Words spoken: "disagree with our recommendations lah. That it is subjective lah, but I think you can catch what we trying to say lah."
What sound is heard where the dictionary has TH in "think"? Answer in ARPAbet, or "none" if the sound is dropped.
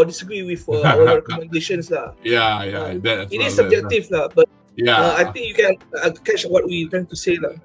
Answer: T